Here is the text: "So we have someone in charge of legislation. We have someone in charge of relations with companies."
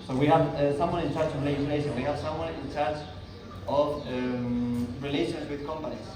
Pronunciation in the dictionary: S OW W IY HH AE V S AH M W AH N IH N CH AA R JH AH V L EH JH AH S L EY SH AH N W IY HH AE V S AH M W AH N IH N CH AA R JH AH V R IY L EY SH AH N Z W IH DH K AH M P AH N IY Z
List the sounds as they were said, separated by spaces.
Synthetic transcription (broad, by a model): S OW W IY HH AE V S AH M W AH N IH N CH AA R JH AH V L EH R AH L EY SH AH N W IY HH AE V S AH M W AH N IH N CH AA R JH AH V R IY L EY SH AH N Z W IH DH K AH M P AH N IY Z